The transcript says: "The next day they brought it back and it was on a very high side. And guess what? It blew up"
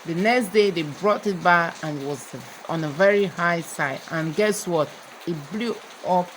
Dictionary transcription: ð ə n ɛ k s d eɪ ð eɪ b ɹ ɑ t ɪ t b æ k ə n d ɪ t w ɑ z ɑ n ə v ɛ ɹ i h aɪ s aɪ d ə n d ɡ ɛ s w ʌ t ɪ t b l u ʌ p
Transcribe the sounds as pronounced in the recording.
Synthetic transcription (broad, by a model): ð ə n ɛ k s d eɪ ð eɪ b ɹ ɑ t ɪ t b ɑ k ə n ɪ t w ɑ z ɑ n ə v ɛ ɹ i h aɪ s aɪ d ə n ɡ ɛ s w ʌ t ɪ t b l u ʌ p